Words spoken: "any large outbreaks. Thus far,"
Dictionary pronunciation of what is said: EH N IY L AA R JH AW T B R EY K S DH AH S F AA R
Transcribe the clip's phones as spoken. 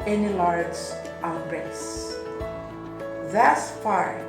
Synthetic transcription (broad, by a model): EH N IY L AA R JH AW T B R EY S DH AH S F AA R